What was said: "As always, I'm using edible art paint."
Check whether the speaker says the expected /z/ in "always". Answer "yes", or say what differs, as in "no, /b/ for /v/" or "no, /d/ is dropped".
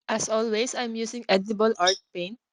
no, /s/ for /z/